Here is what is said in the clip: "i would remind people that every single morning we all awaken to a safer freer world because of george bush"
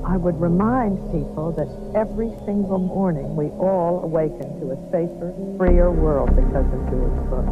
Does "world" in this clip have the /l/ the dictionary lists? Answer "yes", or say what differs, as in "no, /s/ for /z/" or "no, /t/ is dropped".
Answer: yes